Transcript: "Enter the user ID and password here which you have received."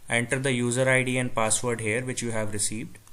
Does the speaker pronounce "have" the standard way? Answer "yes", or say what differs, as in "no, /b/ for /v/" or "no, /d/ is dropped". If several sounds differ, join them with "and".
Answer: yes